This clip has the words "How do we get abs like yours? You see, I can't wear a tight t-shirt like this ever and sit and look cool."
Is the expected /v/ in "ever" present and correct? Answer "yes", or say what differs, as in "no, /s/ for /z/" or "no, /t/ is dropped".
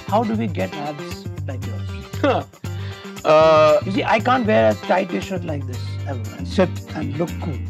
no, /v/ is dropped